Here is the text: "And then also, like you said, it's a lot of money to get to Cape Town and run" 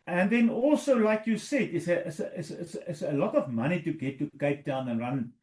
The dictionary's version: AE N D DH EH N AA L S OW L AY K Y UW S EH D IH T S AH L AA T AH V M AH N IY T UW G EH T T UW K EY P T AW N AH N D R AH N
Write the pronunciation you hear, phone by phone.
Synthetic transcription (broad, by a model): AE N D DH EH N AA L S OW L AY K Y UW S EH D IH S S AH L AA T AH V M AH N IY T UW G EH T T UW K EY P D AW N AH N R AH N